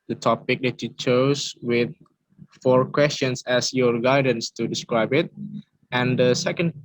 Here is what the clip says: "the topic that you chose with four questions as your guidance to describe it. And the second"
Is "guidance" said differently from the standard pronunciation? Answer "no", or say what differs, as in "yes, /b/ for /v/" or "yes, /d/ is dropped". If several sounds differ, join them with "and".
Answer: no